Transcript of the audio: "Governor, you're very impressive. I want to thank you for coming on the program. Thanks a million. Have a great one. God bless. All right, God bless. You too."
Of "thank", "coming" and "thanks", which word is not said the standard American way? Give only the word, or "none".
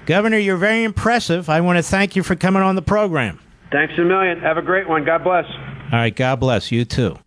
none